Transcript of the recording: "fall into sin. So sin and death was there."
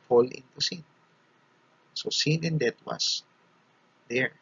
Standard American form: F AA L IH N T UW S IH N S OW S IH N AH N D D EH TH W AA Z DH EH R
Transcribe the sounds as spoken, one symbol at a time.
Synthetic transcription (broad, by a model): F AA L IH N T UW S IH N S OW S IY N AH N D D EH T W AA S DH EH R